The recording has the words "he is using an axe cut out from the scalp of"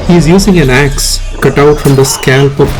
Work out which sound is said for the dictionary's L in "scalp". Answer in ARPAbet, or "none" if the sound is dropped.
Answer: L